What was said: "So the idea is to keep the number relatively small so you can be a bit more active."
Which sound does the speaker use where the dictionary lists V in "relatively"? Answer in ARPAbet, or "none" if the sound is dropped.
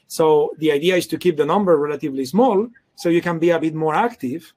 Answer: V